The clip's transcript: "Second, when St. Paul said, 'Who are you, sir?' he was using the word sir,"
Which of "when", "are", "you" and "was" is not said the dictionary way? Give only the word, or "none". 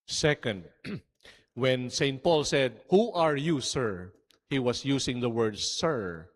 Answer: was